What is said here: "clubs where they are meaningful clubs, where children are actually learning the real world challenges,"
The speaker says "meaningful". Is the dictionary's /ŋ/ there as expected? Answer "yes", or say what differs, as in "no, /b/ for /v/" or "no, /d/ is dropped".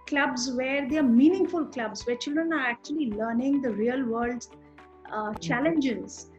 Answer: yes